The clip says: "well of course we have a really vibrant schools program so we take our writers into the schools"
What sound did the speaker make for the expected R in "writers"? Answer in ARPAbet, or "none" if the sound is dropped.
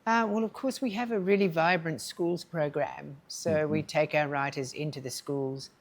R